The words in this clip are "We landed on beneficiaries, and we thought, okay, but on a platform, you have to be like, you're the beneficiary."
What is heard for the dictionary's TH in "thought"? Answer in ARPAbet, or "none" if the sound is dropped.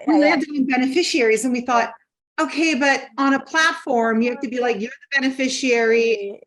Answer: TH